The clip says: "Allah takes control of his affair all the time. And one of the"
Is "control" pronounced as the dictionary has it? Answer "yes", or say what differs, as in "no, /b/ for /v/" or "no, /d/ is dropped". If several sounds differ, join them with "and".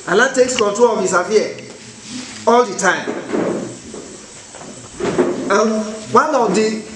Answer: no, /ɹ/ is dropped